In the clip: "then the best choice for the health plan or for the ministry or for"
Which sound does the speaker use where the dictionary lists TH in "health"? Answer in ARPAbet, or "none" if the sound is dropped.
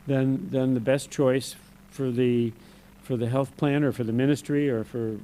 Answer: TH